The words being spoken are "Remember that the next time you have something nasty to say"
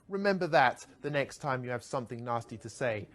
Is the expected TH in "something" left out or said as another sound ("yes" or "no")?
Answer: no